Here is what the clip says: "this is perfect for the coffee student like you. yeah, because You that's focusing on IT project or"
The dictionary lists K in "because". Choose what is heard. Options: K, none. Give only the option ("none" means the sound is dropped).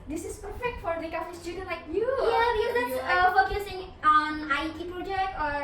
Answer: none